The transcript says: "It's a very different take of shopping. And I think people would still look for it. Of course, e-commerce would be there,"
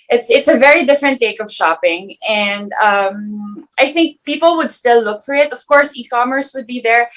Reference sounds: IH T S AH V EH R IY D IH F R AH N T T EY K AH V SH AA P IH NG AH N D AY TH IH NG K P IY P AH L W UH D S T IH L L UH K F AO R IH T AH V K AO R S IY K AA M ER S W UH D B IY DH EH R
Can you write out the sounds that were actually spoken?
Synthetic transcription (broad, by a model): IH T S AH V EH R IY D IH F R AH N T T EY K AH V SH AA P IH NG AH N D AY TH IH NG K P IY P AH L W UH D S T IH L L UH K F AO R IH T AH V K AO R S IY K AA M ER S W UH D B IY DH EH R